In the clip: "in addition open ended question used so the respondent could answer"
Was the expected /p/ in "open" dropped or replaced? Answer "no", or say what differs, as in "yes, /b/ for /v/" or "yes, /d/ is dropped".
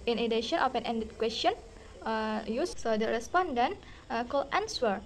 yes, /f/ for /p/